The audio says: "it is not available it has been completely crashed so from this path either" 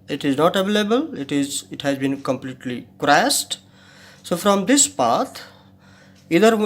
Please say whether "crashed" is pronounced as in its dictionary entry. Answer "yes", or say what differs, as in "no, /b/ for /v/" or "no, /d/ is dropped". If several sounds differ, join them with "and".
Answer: no, /s/ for /ʃ/